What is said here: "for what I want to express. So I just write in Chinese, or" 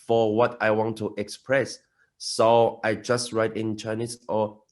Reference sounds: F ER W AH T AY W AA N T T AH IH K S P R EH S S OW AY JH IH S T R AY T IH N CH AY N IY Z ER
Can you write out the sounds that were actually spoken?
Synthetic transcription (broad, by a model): F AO W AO T AY W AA N T T AH K S P R EH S S OW AY JH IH S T R AY T IH N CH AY N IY S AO